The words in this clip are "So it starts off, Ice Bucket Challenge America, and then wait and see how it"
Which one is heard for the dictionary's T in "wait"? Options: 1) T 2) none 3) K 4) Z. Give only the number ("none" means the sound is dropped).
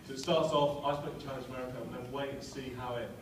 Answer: 2